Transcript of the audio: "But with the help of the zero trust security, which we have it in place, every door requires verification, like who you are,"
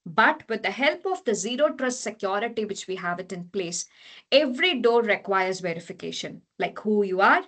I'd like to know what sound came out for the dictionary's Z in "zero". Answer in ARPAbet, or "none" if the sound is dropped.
Z